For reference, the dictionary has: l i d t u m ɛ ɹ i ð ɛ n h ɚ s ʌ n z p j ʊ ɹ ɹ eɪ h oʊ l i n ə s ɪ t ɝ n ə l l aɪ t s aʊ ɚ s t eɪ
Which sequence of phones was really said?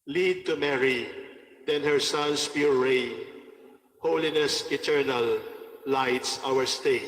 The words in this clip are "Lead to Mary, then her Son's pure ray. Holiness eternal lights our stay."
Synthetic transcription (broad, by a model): l i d t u m ɛ ɹ i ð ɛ n h ɚ s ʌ n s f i l ɹ eɪ h oʊ l i n ə s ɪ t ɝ n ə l l aɪ t s aʊ ɚ s t eɪ